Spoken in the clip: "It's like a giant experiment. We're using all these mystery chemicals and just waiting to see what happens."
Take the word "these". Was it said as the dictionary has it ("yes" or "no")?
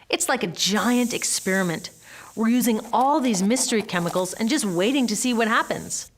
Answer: yes